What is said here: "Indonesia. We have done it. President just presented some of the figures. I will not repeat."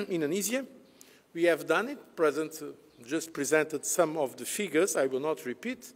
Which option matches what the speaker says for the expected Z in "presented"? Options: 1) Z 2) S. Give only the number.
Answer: 1